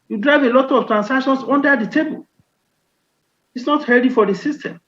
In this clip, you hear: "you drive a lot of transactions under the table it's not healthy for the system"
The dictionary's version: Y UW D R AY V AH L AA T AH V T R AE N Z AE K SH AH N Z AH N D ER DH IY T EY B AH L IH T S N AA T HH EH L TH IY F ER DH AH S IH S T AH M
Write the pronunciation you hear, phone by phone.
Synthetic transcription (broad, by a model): Y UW D R AY V AH L AA T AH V T R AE N S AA K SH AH N S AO N D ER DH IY T EY B AH L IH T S N AA T HH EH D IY F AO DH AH S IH S T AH M